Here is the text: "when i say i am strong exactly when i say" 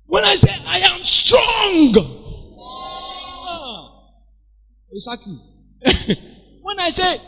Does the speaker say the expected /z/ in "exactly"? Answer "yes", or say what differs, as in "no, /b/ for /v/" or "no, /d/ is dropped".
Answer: no, /s/ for /z/